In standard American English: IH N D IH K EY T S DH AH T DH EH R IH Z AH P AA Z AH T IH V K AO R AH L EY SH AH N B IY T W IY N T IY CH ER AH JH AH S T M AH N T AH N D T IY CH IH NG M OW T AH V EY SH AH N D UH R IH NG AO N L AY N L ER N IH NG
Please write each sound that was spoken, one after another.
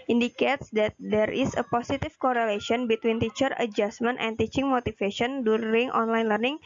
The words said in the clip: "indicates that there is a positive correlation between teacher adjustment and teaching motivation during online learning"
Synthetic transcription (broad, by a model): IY N D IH K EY T S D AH T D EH R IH S AH P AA S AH T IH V K AO R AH L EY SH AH N B IY T W IY N T IY CH ER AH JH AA S M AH N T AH N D T IY CH IH NG M OW T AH F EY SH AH N D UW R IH NG AO N L AY N L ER N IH NG